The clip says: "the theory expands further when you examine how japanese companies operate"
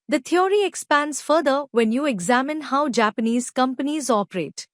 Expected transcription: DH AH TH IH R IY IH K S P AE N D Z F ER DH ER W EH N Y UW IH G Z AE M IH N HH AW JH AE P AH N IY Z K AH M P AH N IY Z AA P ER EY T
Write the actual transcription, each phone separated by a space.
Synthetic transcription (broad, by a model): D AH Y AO R IY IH K S P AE N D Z F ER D ER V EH N Y UW IH G Z AE M IH N HH AW JH AE P AH N IY Z K AH M P AH N IY Z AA P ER EY T